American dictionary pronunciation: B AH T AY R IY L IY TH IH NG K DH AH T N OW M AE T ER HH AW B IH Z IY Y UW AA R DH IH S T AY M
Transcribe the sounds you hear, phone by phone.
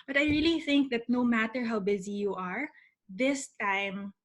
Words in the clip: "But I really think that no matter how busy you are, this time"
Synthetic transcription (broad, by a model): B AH T AY R IY L IY TH IH NG K DH AH T N OW M AE T ER HH AW B IH Z IY Y UW AA R DH IH S T AY M